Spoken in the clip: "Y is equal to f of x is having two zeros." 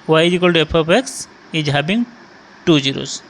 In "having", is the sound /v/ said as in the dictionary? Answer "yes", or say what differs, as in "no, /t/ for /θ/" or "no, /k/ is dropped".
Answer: no, /b/ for /v/